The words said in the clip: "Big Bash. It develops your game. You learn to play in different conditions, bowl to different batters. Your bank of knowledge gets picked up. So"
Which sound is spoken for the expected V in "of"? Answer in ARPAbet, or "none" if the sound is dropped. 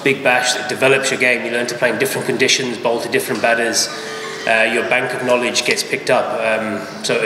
V